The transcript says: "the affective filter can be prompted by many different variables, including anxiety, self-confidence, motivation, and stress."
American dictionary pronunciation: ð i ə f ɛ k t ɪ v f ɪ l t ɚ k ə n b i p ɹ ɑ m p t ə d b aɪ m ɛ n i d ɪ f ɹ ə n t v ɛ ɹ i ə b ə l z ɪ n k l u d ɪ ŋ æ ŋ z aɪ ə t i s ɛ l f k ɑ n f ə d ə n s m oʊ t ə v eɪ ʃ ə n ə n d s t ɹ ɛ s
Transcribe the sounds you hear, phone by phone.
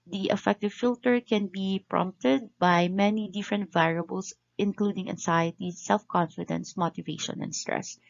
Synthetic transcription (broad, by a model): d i ə f ɛ k t ɪ v f ɪ l t ɚ k ə n b i p ɹ ɑ m p t ə d b aɪ m ɛ n i d ɪ f ɹ ə n t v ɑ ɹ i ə b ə l s ɪ n k l u d ɪ ŋ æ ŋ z aɪ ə t i s ɛ l f k ɑ n f ə d ə n s m oʊ t ə v eɪ ʃ ə n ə n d s t ɹ ɛ s